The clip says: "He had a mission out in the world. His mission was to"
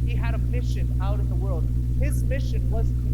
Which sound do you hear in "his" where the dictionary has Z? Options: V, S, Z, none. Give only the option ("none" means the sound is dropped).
Z